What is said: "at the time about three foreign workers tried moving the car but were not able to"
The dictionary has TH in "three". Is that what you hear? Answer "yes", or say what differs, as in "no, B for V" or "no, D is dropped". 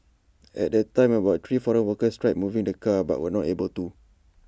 no, T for TH